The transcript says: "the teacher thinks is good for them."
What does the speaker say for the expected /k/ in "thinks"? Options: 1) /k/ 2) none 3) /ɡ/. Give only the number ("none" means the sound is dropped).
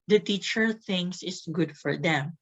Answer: 2